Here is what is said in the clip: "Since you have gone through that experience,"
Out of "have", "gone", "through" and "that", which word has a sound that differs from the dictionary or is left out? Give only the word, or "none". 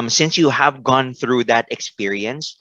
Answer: none